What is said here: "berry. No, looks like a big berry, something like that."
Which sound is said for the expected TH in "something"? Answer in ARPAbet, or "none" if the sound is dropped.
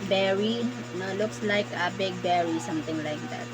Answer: T